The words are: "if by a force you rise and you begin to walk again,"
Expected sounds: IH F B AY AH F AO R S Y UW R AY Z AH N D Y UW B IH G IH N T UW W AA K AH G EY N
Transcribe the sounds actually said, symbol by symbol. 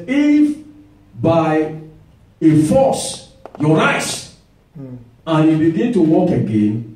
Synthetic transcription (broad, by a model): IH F B AY AH F AO S Y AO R AY S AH N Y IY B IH G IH N T UW W AA K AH G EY N